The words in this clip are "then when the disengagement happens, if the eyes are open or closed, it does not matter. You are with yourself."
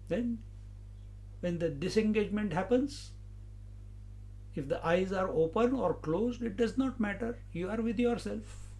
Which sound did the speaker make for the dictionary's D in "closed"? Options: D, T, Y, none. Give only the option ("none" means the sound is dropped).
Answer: D